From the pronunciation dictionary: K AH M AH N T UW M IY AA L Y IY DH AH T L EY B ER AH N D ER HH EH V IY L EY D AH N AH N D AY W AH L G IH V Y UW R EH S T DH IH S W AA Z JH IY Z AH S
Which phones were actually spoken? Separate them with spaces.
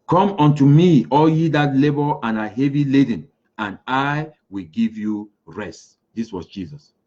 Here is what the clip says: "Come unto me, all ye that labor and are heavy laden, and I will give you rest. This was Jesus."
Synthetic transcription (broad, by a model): K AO M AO N T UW M IY AA L Y IY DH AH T L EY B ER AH N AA HH EH V IY L EY D AH N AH N AY W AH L G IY V Y UW R EH S T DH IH S W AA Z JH IY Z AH S